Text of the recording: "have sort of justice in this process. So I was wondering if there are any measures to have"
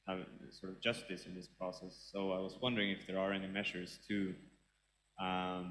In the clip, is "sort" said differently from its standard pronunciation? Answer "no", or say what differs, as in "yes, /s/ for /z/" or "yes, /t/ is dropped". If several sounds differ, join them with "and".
no